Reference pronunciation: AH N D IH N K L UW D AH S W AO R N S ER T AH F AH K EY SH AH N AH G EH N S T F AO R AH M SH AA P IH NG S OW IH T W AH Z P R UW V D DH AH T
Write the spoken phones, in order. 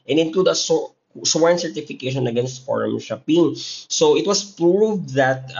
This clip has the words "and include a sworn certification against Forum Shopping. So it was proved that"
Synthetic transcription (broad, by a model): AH N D IH N K L UW D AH S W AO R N S ER T AH F AH K EY SH AH N AH G EH N S T F AO R AH M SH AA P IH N S OW IH T W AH S P R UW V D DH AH T